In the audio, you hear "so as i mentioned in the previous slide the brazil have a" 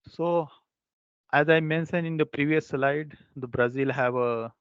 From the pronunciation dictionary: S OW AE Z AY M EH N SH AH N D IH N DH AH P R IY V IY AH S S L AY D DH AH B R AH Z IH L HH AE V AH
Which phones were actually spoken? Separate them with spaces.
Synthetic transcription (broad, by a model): S OW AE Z AY M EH N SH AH N IH N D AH P R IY V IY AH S S L AY D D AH B R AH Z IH L HH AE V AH